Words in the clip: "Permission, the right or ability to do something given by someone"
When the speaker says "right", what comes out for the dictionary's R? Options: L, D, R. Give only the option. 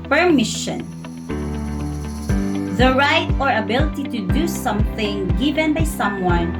R